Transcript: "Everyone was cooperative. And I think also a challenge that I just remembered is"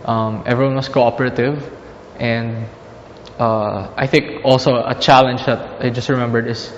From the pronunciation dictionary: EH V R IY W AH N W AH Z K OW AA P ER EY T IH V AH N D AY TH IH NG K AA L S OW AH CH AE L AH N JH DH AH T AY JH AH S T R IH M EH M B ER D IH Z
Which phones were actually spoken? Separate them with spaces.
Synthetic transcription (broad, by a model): EH V R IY W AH N W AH S K OW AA P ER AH T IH V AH N D AY TH IH NG K AA L S OW AH CH AE L AH N JH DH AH T AY JH AH S T R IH M EH M B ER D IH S